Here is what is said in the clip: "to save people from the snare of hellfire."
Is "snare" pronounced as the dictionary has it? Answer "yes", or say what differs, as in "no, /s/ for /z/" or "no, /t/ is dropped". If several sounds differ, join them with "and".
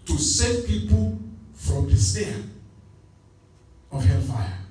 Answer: no, /n/ is dropped